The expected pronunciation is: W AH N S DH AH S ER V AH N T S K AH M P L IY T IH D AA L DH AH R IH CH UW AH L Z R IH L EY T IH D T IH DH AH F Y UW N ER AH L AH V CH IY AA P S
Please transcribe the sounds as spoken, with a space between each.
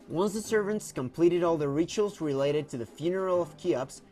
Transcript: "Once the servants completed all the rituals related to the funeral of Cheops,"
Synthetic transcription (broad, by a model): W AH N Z DH AH S ER V AH N T S K AH M P L IY T IH D AA L DH AH R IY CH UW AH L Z R IH L EY T IH D T IH DH AH F Y UW N ER L AH V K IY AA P S